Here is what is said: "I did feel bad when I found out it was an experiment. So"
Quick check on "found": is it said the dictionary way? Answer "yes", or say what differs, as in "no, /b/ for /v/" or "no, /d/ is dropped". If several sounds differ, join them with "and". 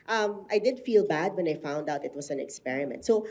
yes